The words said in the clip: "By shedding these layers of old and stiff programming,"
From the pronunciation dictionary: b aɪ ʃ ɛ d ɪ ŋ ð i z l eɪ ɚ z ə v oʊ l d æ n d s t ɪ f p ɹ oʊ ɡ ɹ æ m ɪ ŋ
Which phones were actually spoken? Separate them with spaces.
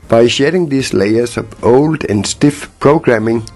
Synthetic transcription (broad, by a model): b aɪ ʃ ɛ d ɪ ŋ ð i s l eɪ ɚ s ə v oʊ l d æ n s t ɪ f p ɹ oʊ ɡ ɹ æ m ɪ ŋ